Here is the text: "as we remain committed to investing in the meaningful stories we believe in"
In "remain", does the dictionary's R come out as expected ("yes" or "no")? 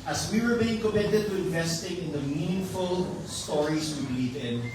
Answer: no